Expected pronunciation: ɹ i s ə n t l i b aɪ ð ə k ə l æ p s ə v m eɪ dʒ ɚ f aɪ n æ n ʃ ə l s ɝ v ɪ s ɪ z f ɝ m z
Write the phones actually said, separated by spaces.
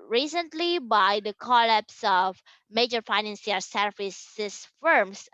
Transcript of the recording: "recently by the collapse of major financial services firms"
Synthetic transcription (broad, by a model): ɹ i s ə n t l i b aɪ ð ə k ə l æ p s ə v m eɪ dʒ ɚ f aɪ n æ n s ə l s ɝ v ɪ s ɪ s f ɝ m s